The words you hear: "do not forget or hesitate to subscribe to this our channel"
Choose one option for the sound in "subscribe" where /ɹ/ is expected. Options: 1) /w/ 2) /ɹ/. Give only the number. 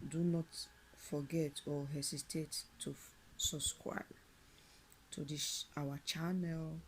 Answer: 1